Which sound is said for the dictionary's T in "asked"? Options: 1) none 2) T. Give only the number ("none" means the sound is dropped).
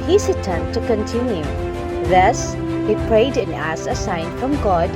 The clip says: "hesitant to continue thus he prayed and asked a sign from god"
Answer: 1